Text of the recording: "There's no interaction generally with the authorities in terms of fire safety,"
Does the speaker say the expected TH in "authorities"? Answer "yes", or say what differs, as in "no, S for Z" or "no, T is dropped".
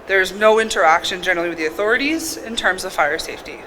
yes